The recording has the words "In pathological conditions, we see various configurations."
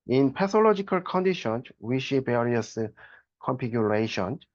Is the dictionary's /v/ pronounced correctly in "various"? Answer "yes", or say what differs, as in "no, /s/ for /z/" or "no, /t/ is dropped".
no, /b/ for /v/